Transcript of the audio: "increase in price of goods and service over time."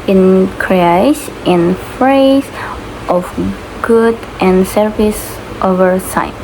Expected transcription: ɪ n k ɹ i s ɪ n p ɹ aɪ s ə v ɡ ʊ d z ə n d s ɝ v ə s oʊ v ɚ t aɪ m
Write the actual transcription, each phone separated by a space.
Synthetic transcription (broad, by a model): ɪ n k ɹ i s ɪ n f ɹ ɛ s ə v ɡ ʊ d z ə n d s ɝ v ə s oʊ v ɚ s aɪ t